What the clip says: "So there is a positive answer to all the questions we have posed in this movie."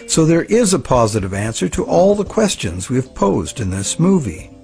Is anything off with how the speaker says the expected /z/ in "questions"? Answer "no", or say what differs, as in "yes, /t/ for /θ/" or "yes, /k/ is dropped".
no